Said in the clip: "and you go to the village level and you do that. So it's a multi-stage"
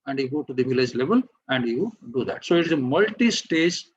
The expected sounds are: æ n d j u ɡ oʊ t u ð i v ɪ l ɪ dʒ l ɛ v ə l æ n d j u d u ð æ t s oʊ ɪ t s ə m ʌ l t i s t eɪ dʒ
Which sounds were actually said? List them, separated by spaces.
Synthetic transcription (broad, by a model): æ n d j u ɡ oʊ t u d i v ɪ l ɪ dʒ l ɛ v ə l æ n d j u d u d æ t s oʊ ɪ t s ə m ʌ l t i s t eɪ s